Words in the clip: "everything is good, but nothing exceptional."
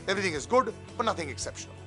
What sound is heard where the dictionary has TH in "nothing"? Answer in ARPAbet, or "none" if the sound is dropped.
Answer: TH